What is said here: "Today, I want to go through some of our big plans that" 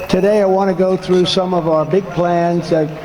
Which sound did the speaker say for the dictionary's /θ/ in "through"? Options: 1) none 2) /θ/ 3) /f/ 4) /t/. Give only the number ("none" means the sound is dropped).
2